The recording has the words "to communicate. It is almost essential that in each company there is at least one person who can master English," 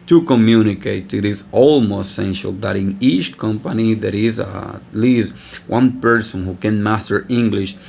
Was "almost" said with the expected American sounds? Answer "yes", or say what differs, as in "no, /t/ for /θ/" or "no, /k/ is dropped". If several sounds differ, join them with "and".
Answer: yes